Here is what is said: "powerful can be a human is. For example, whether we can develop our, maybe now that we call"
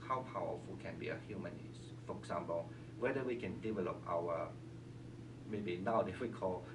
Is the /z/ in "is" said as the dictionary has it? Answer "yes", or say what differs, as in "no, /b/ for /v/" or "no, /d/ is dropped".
no, /s/ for /z/